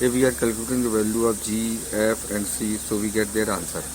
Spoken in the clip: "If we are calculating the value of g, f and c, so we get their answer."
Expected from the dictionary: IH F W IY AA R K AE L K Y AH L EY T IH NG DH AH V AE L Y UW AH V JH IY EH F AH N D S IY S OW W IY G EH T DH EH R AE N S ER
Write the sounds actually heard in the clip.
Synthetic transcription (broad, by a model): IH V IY AA R K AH L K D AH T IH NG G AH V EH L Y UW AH P JH IY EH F AH N D S IY S OW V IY G EH T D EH R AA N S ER